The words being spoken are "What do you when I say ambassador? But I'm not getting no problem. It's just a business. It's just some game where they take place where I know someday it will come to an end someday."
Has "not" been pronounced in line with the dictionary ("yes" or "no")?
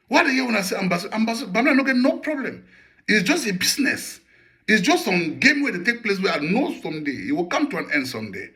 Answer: no